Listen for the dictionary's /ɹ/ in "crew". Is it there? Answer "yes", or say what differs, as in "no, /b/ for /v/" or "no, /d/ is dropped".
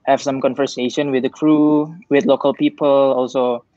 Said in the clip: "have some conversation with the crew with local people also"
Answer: yes